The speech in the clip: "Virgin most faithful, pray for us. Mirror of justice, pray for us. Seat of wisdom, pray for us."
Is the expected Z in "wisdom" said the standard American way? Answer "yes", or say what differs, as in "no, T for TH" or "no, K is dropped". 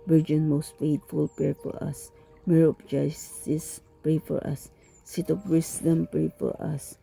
no, S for Z